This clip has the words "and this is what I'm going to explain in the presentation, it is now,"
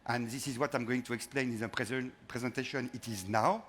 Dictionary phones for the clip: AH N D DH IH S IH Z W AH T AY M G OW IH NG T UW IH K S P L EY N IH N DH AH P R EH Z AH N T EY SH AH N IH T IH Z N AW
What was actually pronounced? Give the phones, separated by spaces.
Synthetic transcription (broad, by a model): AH N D DH IH S IH Z W AH T AY M G OW IH NG T UW IH K S P L EY N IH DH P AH P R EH Z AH N T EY SH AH N IH T IH Z N AW